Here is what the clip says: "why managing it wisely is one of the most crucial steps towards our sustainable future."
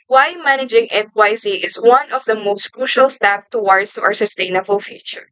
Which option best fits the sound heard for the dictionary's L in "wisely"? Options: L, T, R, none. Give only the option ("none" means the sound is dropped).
none